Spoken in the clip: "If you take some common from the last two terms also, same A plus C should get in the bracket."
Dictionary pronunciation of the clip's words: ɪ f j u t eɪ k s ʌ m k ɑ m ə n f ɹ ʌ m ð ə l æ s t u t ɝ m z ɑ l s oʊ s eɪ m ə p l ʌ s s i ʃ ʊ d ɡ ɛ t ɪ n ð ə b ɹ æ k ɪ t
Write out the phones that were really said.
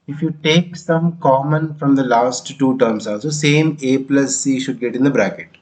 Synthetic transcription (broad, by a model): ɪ f j u t eɪ k s ʌ m k ɑ m ə n f ɹ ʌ m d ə l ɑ s t u t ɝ m s ɑ l s oʊ s eɪ m ə p l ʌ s s i ʃ ʊ d ɡ ɛ t ɪ n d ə b ɹ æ k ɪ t